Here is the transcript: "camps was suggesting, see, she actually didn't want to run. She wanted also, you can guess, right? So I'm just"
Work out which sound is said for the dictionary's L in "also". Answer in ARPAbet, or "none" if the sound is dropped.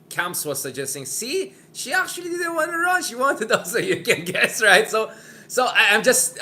none